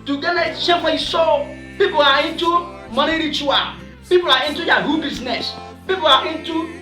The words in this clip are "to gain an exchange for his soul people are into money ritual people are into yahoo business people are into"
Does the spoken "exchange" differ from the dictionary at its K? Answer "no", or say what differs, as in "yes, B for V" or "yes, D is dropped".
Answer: yes, K is dropped